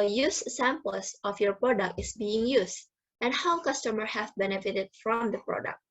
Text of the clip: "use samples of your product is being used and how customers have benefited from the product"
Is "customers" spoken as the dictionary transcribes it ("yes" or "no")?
no